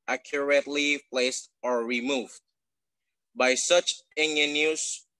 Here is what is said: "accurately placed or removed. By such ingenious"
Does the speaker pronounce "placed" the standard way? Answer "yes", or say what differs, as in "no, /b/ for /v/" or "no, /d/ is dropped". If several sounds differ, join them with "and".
yes